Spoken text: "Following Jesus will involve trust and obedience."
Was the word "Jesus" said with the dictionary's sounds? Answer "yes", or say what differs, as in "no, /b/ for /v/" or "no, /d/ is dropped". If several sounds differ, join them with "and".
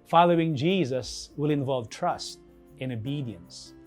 yes